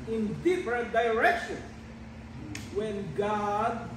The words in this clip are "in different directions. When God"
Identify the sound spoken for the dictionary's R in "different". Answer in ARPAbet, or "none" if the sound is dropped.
R